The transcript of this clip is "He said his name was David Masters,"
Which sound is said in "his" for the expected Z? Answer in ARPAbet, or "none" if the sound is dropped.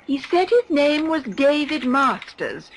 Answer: Z